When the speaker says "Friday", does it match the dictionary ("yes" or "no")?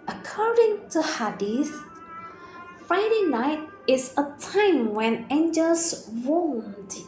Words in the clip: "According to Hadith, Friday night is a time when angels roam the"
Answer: yes